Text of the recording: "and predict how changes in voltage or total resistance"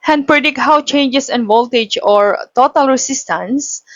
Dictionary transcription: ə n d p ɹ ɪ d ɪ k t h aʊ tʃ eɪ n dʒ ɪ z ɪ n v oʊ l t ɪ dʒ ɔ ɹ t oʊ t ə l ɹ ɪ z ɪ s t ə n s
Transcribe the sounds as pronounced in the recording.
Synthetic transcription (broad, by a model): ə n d p ɹ ɪ d ɪ k t h aʊ tʃ eɪ n dʒ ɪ s ɪ n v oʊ l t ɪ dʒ ɔ ɹ t oʊ t ə l ɹ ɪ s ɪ s t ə n s